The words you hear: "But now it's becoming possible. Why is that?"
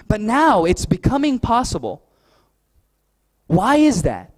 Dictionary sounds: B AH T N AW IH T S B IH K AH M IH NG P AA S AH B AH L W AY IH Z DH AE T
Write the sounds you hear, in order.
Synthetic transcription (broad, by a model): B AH T N AW IH T S B IH K AH M IH NG P AA S AH B AH L W AY IH Z DH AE T